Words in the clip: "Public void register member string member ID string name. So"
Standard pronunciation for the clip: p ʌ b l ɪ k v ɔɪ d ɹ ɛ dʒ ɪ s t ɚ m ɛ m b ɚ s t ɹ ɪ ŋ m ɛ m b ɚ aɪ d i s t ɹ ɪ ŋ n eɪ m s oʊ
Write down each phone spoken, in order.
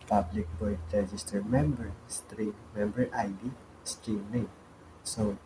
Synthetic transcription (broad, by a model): p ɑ b l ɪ k b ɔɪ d ɹ ɛ dʒ ɪ s t ɚ m ɛ m b ɚ s t ɹ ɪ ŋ m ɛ m b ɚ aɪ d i s t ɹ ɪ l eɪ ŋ s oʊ